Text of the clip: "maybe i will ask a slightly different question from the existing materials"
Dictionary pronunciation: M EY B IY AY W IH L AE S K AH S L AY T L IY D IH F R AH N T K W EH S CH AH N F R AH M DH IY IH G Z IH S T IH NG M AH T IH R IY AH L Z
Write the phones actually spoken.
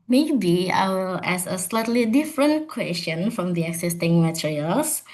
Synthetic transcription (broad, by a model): M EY B IY AY W IH L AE S AH S L AY T L IY D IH F R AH N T K W EH S CH AH N F R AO M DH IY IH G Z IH S T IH NG M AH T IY R IY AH L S